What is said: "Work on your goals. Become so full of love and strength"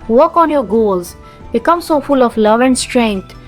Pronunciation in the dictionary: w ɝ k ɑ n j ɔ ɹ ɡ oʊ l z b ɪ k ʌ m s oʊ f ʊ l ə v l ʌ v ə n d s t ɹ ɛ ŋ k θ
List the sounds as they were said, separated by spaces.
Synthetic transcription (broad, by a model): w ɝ k ɑ n j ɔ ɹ ɡ oʊ l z b ɪ k ʌ m s oʊ f ʊ l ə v l ʌ v ə n d s t ɹ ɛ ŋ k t